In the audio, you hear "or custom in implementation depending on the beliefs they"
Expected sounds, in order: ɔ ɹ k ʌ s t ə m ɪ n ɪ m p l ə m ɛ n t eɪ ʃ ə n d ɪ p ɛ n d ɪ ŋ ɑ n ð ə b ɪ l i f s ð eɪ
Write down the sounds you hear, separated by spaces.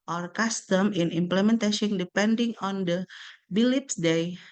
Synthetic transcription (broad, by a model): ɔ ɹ k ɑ s t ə m ɪ n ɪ m p l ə m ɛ n t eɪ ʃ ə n d ɪ p ɛ n d ɪ ŋ ɑ n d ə b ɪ l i p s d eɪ